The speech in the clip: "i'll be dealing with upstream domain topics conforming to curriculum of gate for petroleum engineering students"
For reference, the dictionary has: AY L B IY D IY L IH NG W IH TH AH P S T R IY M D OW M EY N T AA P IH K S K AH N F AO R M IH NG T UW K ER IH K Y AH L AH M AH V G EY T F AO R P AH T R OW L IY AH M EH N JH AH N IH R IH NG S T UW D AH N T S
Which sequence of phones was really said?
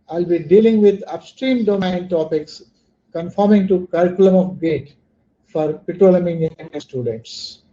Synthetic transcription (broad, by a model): AY L B IY D IY L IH NG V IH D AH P S T R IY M D OW M EY N T AA P IH K S K AH N F AO R M IH NG T UW K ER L K Y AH L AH M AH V G EY T F AO R P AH T R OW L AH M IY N AH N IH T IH S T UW D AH N T S